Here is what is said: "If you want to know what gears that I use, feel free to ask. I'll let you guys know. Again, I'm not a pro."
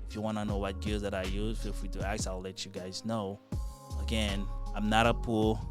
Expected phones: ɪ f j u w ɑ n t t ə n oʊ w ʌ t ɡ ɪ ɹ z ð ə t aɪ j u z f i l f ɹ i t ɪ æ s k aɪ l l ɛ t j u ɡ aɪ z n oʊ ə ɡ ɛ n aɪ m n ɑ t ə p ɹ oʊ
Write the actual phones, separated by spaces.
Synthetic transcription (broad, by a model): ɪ f j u w ɑ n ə n oʊ w ʌ t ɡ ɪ l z ð ə t aɪ j u z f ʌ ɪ f w i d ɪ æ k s aɪ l l ɛ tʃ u ɡ aɪ z n oʊ ə ɡ ɛ n aɪ m n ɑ t ə p ɹ